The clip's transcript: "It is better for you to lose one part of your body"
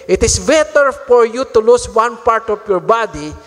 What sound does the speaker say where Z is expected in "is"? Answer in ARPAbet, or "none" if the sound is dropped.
S